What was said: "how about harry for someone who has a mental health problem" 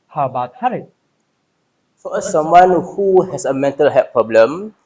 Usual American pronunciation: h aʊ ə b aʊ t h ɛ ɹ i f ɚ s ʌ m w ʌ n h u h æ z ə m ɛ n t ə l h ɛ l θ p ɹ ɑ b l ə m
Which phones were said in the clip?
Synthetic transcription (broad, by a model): h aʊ ə b aʊ t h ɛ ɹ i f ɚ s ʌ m w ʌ n h u h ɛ s ə m ɛ n t ə l h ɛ p ɹ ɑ b l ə m